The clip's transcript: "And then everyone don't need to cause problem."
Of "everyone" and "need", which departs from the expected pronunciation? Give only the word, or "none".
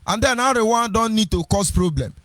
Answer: everyone